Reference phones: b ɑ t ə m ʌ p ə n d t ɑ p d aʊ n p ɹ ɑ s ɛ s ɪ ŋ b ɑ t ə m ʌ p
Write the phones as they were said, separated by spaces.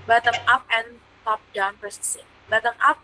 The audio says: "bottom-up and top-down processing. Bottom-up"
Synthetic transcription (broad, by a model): b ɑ t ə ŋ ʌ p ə n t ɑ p d aʊ n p ɑ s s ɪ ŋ b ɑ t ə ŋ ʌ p